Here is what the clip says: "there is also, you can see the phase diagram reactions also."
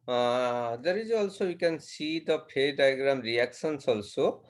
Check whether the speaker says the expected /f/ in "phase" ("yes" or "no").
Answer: no